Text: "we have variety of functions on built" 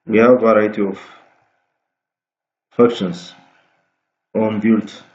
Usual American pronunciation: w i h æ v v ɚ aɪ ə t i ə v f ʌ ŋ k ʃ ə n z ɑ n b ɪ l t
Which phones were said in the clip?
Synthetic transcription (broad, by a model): w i h æ v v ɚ aɪ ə t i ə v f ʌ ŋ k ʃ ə n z ɑ n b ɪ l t